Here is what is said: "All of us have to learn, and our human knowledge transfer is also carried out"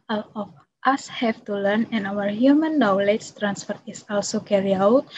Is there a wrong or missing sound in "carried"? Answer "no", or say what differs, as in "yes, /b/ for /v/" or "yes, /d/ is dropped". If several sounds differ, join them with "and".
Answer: yes, /d/ is dropped